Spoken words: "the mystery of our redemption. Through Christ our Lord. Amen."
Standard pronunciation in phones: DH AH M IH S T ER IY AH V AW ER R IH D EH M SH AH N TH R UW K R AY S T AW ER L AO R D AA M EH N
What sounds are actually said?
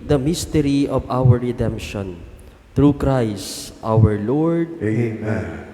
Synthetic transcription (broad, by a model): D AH M IH S T ER IY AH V AW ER R IH D EH M SH AH N T R UW K R AY S T AW ER L AO R D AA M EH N